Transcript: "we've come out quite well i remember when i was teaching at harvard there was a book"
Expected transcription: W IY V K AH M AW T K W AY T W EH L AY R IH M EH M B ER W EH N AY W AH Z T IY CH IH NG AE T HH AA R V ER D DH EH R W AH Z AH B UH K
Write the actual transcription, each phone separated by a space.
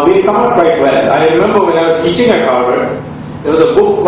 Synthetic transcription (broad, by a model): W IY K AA AW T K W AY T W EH L AY R IH M EH M B ER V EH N AY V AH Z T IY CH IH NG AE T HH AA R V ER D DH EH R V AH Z AH B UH K